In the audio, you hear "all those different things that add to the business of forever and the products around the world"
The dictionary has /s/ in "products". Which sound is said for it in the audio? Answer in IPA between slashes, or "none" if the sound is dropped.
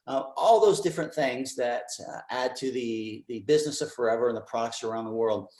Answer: /s/